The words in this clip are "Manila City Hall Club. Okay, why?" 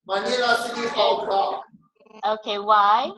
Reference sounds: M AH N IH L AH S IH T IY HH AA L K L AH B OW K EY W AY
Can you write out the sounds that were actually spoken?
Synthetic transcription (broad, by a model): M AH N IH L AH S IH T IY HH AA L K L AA OW K EY W AY